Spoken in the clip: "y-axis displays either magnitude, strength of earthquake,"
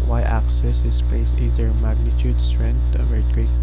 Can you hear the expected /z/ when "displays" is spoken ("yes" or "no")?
no